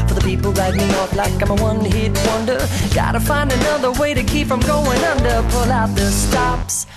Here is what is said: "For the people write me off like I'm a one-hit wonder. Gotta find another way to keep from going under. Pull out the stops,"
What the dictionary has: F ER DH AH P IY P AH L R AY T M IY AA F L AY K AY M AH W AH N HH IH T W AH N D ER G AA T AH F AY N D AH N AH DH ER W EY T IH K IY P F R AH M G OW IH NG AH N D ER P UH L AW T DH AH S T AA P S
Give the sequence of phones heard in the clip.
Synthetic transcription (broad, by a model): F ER DH AH P IY P L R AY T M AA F L AY K AY M AH W AH N HH IH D W AH N D ER G AA T AH F AY N D AH N AH DH ER W EY T IH K IY P F R AH M G OW IH NG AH N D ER P UH L AW T DH AH S T AA P S